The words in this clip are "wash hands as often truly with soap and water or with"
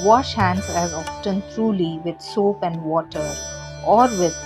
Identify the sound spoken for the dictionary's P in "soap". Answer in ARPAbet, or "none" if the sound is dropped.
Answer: P